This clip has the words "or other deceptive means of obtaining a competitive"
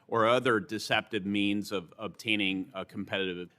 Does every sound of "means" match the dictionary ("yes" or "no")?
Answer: yes